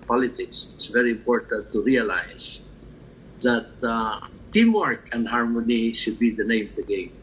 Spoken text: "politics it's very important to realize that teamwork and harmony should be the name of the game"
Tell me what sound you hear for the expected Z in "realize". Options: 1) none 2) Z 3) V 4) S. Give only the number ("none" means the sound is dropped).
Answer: 4